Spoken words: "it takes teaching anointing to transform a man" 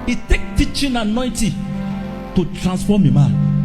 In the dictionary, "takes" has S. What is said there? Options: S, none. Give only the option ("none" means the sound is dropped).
none